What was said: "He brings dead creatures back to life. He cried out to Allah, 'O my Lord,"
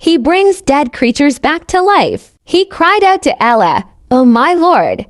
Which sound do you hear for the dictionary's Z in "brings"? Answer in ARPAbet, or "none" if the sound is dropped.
Z